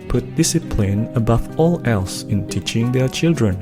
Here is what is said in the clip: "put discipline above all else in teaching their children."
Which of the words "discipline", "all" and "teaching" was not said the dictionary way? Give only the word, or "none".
none